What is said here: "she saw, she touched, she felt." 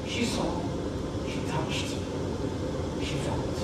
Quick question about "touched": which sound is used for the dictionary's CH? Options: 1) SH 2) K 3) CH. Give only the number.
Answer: 1